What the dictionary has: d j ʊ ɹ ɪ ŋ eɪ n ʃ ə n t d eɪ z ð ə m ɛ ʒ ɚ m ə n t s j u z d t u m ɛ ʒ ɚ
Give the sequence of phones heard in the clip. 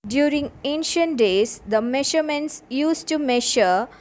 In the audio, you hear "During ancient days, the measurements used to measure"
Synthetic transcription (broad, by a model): d j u ɹ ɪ ŋ eɪ n ʃ ə n t d eɪ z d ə m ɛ ʃ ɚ m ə n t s j u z t u m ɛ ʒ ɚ